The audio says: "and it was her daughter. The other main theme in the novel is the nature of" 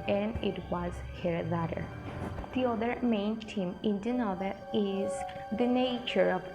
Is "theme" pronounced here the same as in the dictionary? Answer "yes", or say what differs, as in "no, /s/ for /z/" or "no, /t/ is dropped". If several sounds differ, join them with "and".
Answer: no, /t/ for /θ/